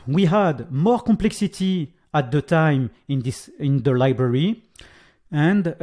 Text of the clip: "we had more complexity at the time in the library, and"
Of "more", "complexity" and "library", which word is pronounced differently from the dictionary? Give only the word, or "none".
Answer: none